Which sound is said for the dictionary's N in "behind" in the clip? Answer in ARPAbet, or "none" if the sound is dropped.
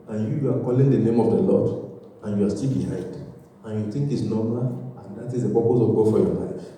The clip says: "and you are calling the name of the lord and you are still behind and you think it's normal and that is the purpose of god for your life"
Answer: none